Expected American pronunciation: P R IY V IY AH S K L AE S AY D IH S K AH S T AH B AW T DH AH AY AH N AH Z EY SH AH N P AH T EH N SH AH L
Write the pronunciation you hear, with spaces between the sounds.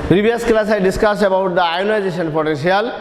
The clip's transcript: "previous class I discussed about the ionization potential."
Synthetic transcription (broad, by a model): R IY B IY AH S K L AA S AY D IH S K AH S AH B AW T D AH AY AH N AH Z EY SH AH N P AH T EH N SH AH L